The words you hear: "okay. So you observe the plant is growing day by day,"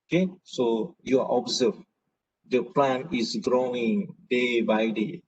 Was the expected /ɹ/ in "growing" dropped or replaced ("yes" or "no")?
no